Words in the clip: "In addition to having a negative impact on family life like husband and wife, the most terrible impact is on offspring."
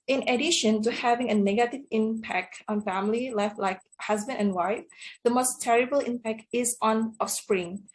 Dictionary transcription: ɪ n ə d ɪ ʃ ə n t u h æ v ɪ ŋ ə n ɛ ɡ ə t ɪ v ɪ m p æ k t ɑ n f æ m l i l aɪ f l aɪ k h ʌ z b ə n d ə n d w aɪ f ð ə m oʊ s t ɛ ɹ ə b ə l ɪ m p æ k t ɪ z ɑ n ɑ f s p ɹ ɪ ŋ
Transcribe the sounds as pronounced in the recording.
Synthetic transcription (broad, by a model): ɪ n ə d ɪ ʃ ə n t u h æ v ɪ ŋ ə n ɛ ɡ ə t ɪ v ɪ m p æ k t ɑ n f æ m l i l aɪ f l aɪ k h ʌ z b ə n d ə n w aɪ f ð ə m oʊ s t ɛ ɹ ə b ə l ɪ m p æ k t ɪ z ɑ n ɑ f s p ɹ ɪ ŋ